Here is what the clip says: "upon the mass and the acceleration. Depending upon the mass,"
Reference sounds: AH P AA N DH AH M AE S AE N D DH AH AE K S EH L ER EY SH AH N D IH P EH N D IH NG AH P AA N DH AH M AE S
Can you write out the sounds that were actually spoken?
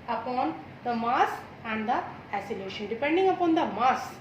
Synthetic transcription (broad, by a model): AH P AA N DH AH M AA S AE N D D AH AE S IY L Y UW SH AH N D IH P EH N D IH NG AH P AA N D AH M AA S